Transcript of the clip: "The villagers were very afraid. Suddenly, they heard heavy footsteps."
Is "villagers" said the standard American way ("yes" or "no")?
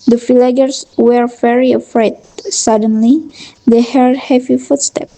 no